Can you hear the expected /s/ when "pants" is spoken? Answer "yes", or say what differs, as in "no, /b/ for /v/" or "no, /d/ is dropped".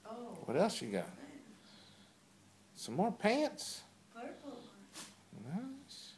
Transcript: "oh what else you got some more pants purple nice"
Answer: yes